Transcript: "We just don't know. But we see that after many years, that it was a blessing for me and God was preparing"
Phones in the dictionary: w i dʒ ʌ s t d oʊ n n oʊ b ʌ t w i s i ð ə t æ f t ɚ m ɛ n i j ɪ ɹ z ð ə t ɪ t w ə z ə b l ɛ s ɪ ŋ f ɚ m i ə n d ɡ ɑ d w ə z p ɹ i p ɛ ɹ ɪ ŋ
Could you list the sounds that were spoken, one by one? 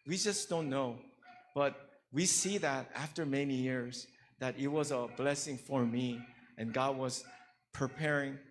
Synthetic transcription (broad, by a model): w i dʒ ʌ s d oʊ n n oʊ b ʌ t w i s i ð ə t æ f t ɚ m ɛ n i j ɪ ɹ z ð ə t ɪ t w ə z ə b l ɛ s ɪ ŋ f ɚ m i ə n ɡ ɑ d w ə z p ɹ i p ɛ ɹ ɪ ŋ